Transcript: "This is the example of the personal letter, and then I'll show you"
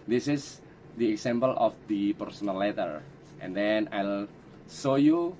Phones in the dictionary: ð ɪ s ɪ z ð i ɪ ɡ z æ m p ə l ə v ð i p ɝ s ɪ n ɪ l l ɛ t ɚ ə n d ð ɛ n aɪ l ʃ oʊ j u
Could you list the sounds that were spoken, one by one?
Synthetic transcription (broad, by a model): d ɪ s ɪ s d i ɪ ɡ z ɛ m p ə l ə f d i p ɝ s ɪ n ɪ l l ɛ t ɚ ə n d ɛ n aɪ l s oʊ j u